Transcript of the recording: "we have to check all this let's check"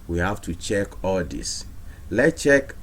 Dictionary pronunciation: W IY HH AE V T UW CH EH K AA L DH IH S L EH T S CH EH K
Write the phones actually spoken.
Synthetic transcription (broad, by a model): W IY HH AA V T UW CH EH K AA L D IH S L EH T CH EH K